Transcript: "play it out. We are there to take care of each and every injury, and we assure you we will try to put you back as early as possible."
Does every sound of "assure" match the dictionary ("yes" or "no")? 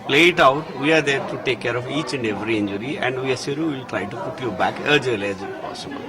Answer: no